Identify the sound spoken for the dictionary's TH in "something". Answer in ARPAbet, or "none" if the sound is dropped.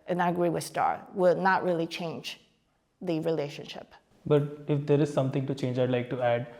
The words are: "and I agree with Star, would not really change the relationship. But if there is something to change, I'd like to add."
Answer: T